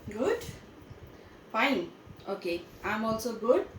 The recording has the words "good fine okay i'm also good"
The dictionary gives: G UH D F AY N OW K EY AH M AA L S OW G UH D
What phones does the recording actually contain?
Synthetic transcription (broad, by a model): G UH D P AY OW K EY AH M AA L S OW G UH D